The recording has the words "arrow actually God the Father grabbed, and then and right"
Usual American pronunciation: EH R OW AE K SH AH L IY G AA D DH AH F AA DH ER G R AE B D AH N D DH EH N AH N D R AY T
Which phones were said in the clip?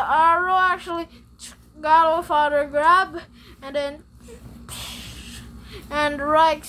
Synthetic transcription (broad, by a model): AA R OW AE K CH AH L IY G AA D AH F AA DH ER G R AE B AH N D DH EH N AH N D R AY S